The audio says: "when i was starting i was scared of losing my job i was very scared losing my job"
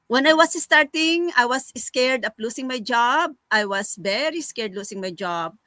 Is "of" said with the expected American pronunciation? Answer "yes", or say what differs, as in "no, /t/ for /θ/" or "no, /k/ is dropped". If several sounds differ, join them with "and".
no, /p/ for /v/